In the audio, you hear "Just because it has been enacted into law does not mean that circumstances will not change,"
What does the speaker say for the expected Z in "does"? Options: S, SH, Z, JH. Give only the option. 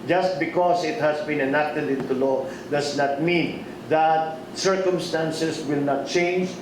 S